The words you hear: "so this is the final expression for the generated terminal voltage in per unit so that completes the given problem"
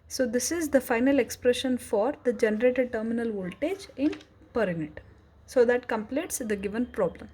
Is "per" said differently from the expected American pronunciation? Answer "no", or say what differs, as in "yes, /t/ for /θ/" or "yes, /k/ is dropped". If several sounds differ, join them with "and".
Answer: no